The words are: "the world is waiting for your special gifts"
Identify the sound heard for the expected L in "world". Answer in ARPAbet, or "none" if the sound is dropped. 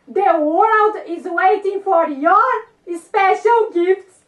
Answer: L